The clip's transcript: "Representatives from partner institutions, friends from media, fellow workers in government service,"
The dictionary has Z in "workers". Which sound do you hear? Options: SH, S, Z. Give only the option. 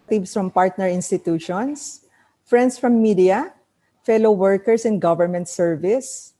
S